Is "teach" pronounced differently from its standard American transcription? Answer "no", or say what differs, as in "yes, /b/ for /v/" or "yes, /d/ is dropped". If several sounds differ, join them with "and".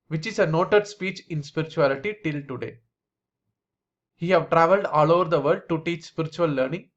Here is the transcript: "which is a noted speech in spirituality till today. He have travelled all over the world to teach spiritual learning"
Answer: no